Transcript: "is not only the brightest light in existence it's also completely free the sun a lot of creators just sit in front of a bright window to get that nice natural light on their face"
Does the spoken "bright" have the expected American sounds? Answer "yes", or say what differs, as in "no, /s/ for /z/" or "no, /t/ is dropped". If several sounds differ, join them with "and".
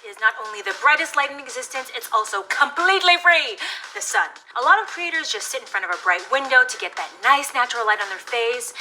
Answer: yes